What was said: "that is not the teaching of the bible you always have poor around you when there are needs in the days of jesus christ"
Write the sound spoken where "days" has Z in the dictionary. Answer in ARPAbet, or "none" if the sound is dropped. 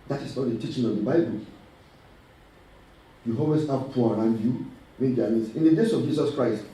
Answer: S